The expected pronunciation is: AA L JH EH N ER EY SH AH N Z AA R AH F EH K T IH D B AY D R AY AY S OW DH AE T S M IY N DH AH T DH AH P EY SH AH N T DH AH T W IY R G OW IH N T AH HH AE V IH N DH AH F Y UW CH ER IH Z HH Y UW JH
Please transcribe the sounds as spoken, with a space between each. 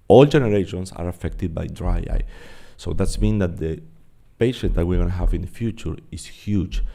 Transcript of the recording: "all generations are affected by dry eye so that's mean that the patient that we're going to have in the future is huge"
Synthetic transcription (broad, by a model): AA L JH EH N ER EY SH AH N S AA R AH F EH K T IH D B AY D R AY AY S OW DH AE T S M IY N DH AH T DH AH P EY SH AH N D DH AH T W IY R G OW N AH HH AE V IH N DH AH F Y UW CH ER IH S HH Y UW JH